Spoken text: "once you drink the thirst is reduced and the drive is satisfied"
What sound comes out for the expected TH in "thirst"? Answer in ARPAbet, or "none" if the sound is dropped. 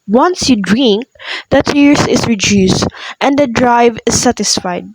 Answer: T